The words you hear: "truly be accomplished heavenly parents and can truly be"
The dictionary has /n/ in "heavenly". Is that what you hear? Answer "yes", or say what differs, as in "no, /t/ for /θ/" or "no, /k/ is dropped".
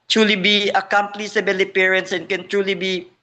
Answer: no, /n/ is dropped